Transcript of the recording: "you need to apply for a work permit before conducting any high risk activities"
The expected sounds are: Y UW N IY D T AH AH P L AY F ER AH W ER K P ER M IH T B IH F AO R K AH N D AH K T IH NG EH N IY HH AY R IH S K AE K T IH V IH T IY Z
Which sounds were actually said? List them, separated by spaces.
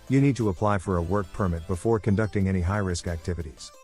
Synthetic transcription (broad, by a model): Y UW N IY D T AH AH P L AY F ER AH W ER K P ER M IH T B IH F AO R K AH N D AH K T IH NG EH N IY HH AY R IH S K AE K T IH V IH T IY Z